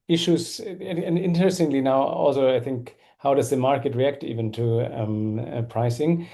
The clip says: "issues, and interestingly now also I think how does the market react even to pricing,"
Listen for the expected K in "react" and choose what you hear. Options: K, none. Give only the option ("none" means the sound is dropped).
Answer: K